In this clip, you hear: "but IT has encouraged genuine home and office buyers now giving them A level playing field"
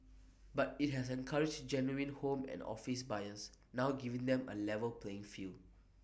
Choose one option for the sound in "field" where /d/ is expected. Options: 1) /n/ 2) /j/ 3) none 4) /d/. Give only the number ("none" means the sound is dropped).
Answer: 3